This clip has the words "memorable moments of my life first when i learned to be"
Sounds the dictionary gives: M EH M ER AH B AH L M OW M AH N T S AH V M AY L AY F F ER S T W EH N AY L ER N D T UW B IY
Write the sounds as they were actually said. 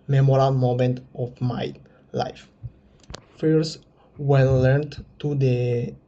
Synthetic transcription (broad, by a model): M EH M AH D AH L M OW M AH N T AH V M AY L AY F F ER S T W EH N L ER N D T UW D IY